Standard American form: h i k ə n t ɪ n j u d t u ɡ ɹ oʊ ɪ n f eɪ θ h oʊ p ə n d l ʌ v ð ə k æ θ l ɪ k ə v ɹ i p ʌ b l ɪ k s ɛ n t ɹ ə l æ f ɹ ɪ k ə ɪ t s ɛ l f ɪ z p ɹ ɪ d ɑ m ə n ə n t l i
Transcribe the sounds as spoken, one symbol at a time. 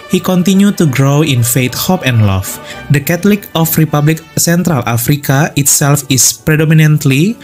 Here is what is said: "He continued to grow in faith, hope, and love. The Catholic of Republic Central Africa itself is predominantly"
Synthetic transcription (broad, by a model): h i k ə n t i n j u t u ɡ ɹ oʊ ɪ n f eɪ t h oʊ p ə n d l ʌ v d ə k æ t l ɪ k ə f ɹ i p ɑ b l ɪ k s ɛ n t ɹ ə l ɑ f ɹ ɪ k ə ɪ t s ɛ l f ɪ s p ɹ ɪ d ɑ m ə n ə n t l i